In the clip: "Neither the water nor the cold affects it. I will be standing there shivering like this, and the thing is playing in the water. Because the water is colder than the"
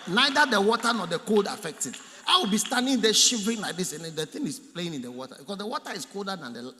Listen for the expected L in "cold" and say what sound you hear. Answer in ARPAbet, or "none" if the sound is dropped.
L